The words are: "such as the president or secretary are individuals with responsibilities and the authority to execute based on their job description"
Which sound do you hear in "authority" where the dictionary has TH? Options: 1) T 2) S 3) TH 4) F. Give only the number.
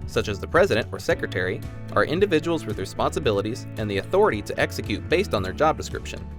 3